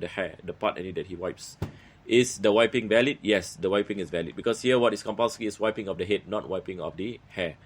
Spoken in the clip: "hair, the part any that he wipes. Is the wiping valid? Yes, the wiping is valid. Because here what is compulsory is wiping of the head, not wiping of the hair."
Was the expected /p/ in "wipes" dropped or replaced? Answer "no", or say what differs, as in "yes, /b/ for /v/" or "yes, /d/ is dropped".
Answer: no